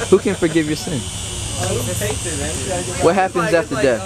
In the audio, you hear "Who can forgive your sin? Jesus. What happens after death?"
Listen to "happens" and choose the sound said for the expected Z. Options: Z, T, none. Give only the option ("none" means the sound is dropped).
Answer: Z